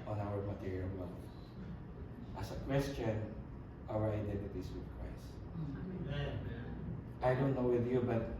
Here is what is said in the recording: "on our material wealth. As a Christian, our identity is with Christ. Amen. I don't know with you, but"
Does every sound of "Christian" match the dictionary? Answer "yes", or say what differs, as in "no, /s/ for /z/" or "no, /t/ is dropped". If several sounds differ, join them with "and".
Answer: no, /w/ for /ɹ/